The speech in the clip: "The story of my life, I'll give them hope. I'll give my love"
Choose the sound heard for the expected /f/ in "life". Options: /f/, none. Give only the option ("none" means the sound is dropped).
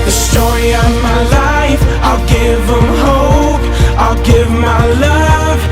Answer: /f/